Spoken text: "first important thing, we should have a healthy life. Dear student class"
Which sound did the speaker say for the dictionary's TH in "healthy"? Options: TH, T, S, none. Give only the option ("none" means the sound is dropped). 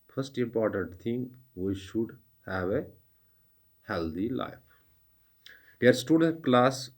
T